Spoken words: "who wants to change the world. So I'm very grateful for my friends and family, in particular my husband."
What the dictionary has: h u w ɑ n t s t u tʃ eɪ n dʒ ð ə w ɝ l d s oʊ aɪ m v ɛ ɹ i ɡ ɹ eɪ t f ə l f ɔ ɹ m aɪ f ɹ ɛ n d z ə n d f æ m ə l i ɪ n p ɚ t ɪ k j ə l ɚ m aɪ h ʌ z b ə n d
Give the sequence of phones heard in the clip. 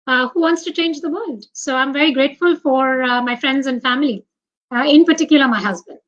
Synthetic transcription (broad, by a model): h u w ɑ n t s t u tʃ eɪ n dʒ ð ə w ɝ l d s oʊ aɪ m v ɛ ɹ i ɡ ɹ eɪ t f ə l f ɔ ɹ m aɪ f ɹ ɛ n d z ə n d f æ m ə l i ɪ n p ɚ t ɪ k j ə l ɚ m aɪ h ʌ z b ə n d